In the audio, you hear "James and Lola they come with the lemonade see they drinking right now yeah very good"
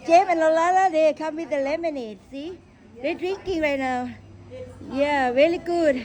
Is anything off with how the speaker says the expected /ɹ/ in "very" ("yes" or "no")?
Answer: yes